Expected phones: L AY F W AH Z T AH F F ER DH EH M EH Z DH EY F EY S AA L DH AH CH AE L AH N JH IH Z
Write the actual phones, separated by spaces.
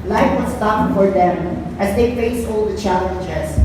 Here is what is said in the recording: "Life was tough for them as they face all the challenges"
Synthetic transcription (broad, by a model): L AY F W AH S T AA P F ER DH EH M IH Z DH EY F EY S AA L DH AH CH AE L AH N JH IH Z